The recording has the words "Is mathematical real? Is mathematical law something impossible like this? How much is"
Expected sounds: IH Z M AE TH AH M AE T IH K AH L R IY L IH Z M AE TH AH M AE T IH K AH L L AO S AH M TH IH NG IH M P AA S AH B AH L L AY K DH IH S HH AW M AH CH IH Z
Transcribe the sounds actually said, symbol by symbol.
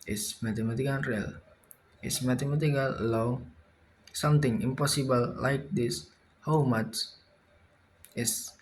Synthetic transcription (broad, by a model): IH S M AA T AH M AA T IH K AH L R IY L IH S M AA T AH M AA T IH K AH L L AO S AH M T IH NG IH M P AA S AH B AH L L AY K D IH S HH AW M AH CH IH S